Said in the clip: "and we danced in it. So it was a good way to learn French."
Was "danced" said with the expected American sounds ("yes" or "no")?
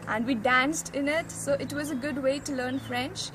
yes